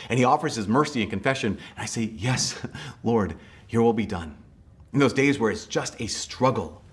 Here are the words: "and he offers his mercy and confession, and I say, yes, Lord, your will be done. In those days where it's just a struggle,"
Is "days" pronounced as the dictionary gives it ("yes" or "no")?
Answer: yes